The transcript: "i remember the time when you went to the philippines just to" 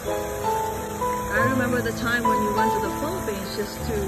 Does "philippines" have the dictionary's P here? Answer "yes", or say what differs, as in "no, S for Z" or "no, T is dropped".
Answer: no, P is dropped